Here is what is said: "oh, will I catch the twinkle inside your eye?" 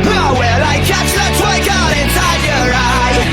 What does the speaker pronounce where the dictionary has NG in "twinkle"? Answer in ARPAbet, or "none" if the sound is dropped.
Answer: none